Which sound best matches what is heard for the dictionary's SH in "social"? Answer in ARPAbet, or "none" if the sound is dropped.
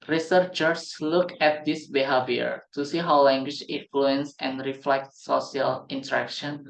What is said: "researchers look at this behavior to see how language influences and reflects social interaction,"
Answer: none